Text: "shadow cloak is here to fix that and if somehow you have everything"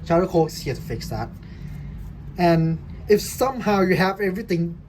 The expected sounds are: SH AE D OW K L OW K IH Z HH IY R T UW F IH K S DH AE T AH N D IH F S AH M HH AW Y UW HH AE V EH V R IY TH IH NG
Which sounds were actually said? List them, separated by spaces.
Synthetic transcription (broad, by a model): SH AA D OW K OW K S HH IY T UW F IH K S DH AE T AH N IH F S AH M HH AW Y UW HH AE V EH V R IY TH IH NG